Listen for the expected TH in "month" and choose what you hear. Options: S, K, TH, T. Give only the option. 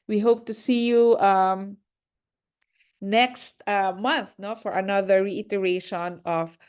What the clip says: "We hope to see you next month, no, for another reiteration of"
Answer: TH